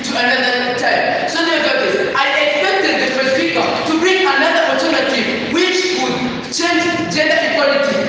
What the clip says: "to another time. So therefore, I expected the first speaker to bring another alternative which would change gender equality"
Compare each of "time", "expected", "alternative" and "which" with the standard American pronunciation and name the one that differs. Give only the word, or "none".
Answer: alternative